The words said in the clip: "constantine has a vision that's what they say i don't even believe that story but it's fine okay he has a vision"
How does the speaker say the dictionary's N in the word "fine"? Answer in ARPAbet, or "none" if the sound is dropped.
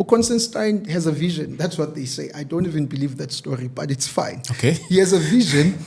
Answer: N